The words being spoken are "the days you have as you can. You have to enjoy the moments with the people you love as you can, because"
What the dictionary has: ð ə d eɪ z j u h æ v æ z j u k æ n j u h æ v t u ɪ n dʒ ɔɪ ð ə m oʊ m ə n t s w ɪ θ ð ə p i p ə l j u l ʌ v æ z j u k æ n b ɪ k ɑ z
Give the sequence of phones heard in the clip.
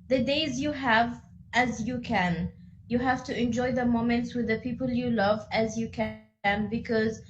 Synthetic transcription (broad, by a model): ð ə d eɪ z j u h æ v æ z j u k æ n j u h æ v t u ɪ n dʒ ɔɪ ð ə m oʊ m ə n t s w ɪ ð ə p i p ə l j u l ʌ v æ z j u k æ n b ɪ k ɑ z